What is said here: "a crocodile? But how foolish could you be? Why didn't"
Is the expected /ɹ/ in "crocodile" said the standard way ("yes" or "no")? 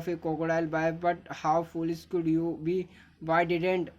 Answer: no